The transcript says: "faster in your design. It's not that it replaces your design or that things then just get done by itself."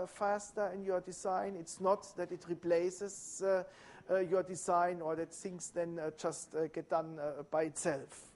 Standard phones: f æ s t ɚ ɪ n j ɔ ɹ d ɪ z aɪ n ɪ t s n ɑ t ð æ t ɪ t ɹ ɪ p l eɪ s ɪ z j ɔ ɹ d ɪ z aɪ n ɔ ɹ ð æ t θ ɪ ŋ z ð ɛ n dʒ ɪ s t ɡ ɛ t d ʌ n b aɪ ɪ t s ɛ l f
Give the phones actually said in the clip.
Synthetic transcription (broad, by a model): f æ s t ɚ ɪ n j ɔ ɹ d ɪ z aɪ n ɪ t s n ɑ t ð æ t ɪ t ɹ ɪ p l eɪ s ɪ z j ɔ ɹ d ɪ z aɪ n ɔ ɹ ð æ t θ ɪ ŋ s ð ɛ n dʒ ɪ s t ɡ ɛ t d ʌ n b aɪ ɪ t s ɛ l f